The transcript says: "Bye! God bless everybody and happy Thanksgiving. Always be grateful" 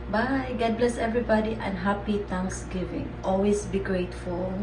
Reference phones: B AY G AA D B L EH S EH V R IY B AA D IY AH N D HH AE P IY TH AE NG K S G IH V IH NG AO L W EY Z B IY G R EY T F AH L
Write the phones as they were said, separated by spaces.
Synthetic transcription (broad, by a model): B AY G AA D B L EH S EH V R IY B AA D IY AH N HH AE P IY T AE NG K S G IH V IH NG AO L W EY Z B IY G R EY T F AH L